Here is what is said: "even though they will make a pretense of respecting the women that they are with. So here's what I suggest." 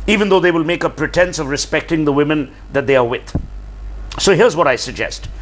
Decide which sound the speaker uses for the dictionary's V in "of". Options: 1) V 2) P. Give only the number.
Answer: 1